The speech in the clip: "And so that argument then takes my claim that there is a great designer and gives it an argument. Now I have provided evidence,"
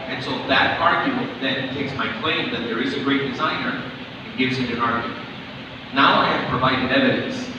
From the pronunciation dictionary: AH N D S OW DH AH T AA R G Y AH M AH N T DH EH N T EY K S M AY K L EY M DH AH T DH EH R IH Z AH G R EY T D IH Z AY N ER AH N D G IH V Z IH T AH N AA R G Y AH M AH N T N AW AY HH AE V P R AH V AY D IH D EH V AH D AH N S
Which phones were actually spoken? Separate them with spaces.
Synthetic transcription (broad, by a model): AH N S OW DH AH T AA R G Y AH M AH N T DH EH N T EY K S M AY K L EY M DH AH T DH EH R IH Z AH G R EY T D IH Z AY N ER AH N G IH V Z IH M AH N AA R G Y AH M AH N T N AW AY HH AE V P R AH V AY D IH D EH V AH D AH N S